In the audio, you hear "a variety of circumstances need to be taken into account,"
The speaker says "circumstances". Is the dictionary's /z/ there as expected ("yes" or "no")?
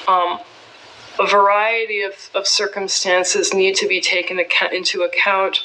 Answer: yes